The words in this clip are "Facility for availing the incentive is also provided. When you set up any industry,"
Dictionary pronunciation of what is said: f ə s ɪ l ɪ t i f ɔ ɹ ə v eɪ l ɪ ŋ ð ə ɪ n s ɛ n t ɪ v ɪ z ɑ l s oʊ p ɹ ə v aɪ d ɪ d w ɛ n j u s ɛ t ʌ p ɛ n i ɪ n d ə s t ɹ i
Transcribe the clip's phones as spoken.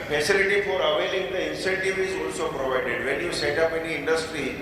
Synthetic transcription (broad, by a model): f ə s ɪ l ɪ t i f ɔ ɹ ə v eɪ l ɪ ŋ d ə ɪ n s ɛ n t ɪ v ɪ z ɑ l s oʊ p ɹ ə v aɪ d ɪ d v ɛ n j u s ɛ t ʌ p ɛ n i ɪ n d ə s t ɹ i